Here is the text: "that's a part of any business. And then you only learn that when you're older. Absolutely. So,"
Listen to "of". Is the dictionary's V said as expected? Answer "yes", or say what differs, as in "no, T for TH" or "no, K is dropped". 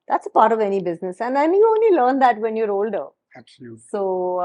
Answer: yes